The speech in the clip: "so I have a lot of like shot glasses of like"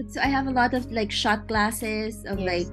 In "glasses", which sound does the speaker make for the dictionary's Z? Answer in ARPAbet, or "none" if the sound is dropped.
Z